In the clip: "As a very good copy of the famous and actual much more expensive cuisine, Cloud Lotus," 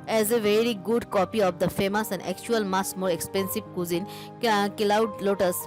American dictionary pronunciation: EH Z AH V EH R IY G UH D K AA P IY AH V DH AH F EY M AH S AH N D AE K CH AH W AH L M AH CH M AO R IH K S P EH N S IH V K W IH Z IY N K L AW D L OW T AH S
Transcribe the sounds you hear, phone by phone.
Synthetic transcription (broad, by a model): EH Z AH V EH R IY G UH D K AA P IY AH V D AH F EY M AH S AH N D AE K CH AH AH L M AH S M AO R IH K S P EH N S IH V K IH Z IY N K L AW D L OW T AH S